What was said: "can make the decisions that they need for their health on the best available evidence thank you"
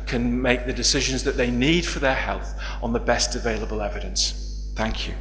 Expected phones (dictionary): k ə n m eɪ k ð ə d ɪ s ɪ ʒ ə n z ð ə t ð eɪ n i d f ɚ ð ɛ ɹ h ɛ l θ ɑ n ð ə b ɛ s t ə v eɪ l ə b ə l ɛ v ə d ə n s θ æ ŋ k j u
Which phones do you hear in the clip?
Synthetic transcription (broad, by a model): k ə n m eɪ k ð ə d ɪ s ɪ ʒ ə n z ð ə t ð eɪ n i d f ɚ ð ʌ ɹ h ɛ l θ n ð ə b ɛ s t ə v eɪ l ə b ə l ɛ v ə d ə n s θ æ ŋ k j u